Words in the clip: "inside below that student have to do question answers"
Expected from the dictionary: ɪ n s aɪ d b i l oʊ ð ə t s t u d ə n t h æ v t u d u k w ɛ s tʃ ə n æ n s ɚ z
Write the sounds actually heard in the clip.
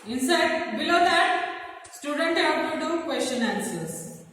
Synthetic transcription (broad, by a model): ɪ n s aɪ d b i l oʊ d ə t s t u d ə n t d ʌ p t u d u k w ɛ s tʃ ə n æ n s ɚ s